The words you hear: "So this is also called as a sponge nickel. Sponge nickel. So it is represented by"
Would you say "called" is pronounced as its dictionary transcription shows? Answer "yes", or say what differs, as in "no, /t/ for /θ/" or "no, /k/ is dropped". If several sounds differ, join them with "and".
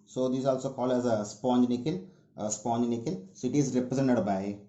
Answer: no, /d/ is dropped